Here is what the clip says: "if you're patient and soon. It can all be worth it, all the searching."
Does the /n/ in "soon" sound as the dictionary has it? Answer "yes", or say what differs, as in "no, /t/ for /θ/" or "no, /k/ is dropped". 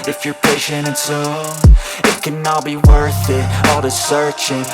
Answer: no, /n/ is dropped